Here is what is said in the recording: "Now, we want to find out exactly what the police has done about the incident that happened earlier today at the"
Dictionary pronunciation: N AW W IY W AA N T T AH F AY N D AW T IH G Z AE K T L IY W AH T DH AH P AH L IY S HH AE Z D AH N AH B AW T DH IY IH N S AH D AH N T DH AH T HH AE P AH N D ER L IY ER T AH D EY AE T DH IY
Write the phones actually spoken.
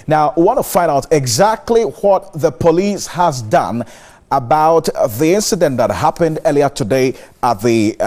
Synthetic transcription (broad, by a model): N AW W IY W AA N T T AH F AY N D AW T IH G Z AE K T L IY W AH T DH AH P AH L IY S HH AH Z D AH N AH B AW T DH IY IH N S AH D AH N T DH AH T HH AE P AH N D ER L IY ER T AH D EY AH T DH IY